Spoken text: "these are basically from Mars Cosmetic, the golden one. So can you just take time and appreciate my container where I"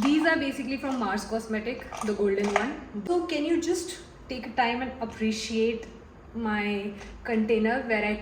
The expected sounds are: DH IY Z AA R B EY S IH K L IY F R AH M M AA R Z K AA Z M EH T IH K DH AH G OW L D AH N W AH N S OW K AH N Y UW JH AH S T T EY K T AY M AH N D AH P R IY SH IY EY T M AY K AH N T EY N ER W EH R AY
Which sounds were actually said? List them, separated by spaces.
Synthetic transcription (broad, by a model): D IY Z AA R B EY S IH K L IY F R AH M M AA R S K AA S M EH T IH K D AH G OW L D AH N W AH N S OW K AH N Y UW JH AH S T T EY K T AY M AH N D AH P R IY SH IY EY T M AY K AH N T EY N ER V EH R AY